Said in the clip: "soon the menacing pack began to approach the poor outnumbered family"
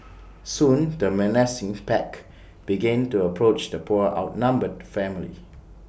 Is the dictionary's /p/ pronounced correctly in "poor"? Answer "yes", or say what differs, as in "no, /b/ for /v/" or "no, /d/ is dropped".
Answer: yes